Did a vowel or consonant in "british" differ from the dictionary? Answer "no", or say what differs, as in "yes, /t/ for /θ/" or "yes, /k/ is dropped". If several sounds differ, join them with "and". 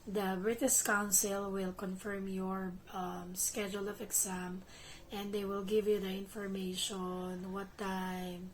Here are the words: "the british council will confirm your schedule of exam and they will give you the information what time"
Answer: yes, /s/ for /ʃ/